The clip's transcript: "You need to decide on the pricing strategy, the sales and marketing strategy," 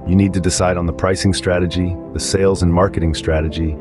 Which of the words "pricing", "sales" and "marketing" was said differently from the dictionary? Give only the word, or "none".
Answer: none